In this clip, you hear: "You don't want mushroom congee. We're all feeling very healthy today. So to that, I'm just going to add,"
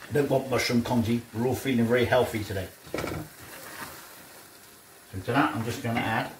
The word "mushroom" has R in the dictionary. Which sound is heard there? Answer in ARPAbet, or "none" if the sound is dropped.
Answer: none